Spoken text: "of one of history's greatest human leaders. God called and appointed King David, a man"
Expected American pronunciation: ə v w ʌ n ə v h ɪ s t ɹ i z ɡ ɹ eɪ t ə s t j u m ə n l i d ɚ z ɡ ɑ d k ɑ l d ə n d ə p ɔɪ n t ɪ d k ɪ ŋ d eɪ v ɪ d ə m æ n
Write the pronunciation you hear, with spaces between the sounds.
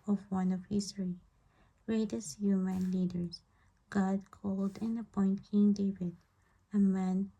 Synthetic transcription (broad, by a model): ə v w ʌ n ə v h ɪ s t ɹ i ɡ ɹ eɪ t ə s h j u m ə n l i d ɚ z ɡ ɑ d k ɑ l d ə n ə p ɔɪ n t k ɪ ŋ d eɪ v ɪ d ə m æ n